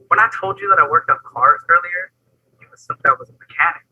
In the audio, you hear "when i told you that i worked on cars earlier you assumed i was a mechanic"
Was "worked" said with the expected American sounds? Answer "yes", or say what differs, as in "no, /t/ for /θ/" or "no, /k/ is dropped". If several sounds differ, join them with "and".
yes